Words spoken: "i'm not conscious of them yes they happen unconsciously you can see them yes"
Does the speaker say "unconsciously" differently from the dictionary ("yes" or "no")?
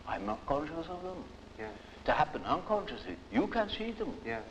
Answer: no